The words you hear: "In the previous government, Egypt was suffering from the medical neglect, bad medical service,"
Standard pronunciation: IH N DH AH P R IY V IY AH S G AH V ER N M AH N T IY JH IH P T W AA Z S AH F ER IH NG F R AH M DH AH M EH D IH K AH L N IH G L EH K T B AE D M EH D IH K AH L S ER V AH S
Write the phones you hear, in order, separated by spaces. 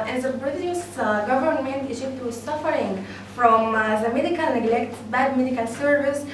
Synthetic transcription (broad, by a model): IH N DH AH B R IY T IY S G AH V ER N M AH N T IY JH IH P T W AA Z S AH F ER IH NG F R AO M DH AH M EH D IH K AH L N IH G L EH K T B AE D M EH D IH K AH L S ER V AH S